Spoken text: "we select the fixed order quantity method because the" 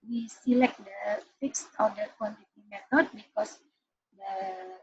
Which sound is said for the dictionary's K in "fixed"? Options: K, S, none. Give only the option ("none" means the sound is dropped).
K